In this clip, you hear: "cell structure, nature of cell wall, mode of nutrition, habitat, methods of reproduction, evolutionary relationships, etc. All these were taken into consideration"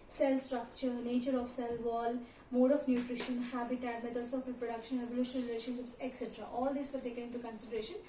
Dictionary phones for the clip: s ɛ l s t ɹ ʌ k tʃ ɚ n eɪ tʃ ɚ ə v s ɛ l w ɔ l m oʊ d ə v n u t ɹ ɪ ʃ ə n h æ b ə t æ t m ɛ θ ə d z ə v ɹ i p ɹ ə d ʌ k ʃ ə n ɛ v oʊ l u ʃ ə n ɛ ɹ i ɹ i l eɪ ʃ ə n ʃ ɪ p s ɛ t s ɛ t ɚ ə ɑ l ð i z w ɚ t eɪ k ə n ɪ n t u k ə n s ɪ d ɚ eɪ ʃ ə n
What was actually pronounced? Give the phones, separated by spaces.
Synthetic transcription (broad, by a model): s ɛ l s t ɹ ʌ k tʃ ɚ n eɪ tʃ ɚ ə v s ɛ l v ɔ l m oʊ d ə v n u t ɹ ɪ ʃ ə n h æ b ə t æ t m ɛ t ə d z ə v ɹ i p ɹ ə d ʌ k ʃ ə n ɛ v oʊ l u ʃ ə n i ɹ i l eɪ ʃ ə n ʃ ɪ p s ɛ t s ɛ t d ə ɑ l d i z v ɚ t eɪ k ə n ɪ n t u k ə n s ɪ d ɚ eɪ ʃ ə n